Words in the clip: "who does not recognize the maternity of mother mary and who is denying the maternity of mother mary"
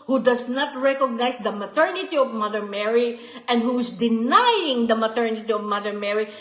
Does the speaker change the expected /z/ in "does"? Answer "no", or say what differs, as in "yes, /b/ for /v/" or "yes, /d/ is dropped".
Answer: yes, /s/ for /z/